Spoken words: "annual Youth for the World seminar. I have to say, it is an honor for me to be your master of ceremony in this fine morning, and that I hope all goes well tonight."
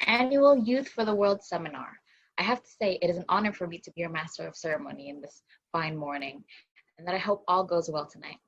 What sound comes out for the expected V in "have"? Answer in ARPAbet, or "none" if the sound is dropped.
F